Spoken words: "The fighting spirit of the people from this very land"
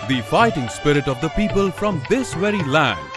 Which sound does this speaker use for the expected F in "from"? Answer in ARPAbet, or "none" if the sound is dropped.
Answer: F